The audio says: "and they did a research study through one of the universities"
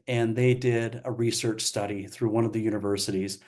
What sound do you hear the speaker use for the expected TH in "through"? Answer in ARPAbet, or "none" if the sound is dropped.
TH